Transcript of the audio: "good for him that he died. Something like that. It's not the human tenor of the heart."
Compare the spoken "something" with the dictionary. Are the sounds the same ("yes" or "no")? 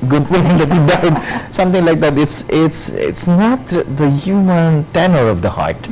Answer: no